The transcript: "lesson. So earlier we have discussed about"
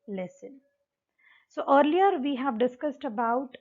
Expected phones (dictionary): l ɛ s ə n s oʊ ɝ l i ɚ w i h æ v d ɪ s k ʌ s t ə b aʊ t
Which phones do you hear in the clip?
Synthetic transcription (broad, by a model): l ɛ s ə n s oʊ ɝ l i ɚ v i h æ v d ɪ s k ʌ s t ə b aʊ t